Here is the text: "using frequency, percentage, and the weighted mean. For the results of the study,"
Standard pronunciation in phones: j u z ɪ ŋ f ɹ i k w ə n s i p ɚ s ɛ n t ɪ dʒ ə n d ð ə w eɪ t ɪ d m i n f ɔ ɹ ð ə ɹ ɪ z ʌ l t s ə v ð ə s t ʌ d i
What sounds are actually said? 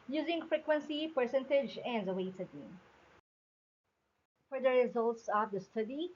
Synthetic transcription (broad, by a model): j u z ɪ ŋ f ɹ i k w ə n s i p ɚ s ɛ n t ɪ dʒ ə n d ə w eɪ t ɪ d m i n f ɔ ɹ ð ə ɹ ɪ z ʌ l t s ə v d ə s t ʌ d i